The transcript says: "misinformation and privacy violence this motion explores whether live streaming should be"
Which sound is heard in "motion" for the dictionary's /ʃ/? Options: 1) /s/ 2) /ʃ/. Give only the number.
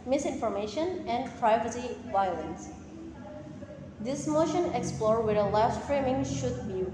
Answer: 2